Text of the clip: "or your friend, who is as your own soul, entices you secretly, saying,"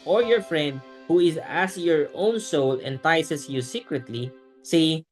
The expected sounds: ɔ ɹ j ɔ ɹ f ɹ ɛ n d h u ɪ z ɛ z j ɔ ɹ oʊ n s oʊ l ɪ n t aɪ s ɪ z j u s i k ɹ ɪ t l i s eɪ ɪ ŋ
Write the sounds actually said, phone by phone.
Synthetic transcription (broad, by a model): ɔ ɹ j ɔ ɹ f ɹ ɛ n d h u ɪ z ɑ s j ɔ ɹ oʊ n s oʊ l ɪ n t aɪ s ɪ s j u s i k ɹ ɪ t l i s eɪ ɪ